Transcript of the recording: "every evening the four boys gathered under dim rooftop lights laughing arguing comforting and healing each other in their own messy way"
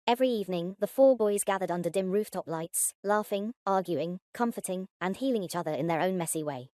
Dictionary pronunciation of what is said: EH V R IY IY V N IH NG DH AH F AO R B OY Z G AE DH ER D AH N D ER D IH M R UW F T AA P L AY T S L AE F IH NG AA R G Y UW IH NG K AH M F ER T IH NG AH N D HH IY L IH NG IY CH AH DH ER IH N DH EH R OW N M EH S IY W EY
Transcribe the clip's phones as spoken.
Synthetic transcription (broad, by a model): EH V R IY IY V N IH NG DH AH F AO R B OY Z G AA DH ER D AH N D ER D IH M R UW F T AA P L AY T S L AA F IH NG AA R G Y UW IH NG K AH M F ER T IH NG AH N HH IY L IH NG IY CH AH DH ER IH N DH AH R OW N M EH S IY W EY